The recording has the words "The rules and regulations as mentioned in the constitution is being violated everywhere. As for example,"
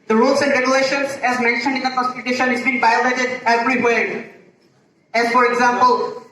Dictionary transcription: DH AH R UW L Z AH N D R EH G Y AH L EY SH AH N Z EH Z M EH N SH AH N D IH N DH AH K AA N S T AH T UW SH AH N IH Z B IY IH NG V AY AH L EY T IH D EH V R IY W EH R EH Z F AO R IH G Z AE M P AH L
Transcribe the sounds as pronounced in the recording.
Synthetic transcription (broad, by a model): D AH R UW L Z AH N D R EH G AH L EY SH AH N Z EH Z M EH N SH AH N D IH N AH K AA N S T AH T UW SH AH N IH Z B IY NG B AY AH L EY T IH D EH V R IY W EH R EH Z F AO R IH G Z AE M P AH L